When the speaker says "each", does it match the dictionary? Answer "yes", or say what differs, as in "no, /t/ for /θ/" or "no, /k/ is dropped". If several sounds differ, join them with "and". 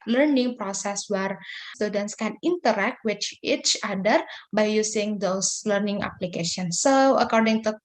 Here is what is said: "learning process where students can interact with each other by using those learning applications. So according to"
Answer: yes